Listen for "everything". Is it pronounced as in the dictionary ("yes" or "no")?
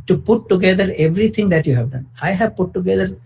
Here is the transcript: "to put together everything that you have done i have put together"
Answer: no